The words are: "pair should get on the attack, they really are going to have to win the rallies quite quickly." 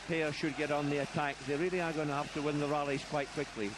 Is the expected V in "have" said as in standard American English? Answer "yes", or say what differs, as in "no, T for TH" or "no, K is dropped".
no, F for V